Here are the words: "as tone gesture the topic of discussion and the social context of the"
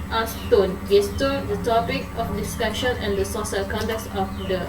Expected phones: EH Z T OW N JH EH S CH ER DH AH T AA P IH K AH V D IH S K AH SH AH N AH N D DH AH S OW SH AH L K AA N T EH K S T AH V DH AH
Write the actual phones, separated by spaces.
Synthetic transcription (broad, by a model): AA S T OW N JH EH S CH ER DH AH T AA P IH K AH F D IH S K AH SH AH N AH N D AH S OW S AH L K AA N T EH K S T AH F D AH